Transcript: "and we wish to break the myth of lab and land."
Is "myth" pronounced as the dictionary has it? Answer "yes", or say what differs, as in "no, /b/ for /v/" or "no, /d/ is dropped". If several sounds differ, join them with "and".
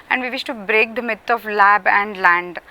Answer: no, /t/ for /θ/